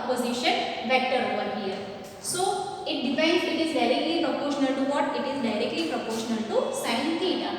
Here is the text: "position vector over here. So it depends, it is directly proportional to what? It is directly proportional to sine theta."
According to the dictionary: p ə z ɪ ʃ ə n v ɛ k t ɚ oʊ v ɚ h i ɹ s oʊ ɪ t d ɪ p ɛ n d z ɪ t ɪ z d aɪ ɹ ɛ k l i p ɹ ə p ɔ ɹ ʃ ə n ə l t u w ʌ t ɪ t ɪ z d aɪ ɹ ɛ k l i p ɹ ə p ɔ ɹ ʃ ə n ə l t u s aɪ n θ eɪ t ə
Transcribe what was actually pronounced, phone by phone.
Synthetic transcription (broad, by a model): p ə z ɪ ʃ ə n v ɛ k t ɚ oʊ v ɚ h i ɹ s oʊ ɪ t d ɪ f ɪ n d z ɪ t ɪ z d aɪ ɹ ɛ k l i p ɹ ə p ɔ ɹ ʃ ə n ə l t u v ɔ t ɪ t ɪ z d aɪ ɹ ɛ k l i p ɹ ə p ɔ ɹ ʃ ə n ə l t u s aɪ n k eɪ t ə